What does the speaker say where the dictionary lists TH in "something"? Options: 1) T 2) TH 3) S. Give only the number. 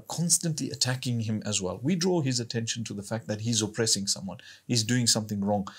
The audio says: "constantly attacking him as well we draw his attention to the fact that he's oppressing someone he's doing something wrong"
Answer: 2